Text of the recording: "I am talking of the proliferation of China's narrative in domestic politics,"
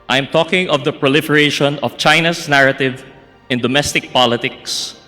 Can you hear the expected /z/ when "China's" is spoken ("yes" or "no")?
no